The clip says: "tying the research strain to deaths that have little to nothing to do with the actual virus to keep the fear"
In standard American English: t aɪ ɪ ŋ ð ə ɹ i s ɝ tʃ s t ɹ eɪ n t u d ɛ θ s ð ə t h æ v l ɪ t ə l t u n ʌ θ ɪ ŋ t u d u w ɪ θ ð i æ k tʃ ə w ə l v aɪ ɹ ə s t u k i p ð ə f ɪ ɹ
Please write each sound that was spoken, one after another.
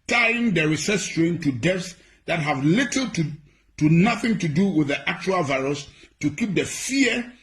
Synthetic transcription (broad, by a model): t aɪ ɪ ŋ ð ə ɹ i s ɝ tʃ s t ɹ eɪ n t u d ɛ f s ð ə t h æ v l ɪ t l t u n ʌ θ ɪ ŋ t u d u w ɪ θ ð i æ k tʃ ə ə l v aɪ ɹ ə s t u k i p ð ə f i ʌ